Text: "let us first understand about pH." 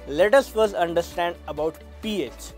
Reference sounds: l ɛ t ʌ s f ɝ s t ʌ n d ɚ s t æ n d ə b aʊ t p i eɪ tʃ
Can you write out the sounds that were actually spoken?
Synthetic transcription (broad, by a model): l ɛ t ʌ s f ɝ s ʌ n d ɚ s t æ n d ə b aʊ t p i eɪ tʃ